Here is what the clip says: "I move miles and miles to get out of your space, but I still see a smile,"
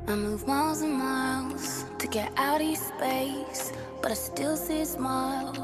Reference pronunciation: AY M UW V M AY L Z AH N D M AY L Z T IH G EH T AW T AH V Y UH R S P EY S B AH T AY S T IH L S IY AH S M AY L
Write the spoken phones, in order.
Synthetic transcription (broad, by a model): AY M UW V M AY L Z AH N M AY L Z T IH G EH T AW T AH S P EY S B AH T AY S T IH L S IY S M AY L